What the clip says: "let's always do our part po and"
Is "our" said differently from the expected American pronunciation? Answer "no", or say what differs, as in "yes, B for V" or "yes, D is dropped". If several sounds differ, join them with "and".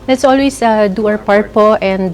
yes, W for R